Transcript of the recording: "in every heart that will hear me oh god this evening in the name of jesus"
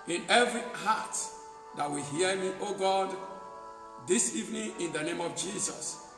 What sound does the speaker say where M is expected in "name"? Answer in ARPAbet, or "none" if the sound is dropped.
M